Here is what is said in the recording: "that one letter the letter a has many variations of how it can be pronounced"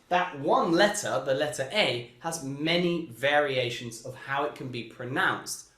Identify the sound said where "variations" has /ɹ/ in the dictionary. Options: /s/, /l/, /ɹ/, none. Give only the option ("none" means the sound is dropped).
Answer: /ɹ/